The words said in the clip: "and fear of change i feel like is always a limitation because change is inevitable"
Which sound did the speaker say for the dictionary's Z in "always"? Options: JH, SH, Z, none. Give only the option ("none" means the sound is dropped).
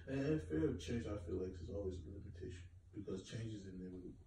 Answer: Z